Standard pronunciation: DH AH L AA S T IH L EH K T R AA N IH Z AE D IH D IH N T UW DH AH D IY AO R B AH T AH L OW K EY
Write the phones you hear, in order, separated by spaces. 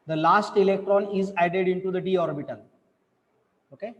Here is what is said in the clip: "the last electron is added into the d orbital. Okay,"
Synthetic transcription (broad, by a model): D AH L AA S T IH L EH K T R AA N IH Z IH D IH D IH N T UW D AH D IY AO R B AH T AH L OW K EY